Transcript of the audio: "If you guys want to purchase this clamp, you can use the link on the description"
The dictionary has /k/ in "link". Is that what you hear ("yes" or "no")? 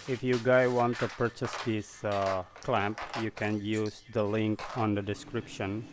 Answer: yes